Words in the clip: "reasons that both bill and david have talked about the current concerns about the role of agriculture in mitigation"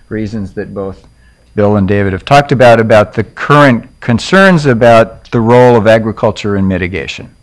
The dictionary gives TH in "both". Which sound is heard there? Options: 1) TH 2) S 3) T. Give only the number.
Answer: 1